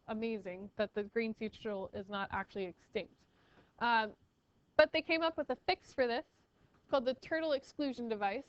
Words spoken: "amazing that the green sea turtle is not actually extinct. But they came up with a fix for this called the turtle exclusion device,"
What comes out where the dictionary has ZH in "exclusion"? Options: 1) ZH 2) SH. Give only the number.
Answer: 1